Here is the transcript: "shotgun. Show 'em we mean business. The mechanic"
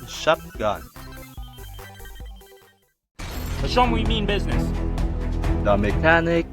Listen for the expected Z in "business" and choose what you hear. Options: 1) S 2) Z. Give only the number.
2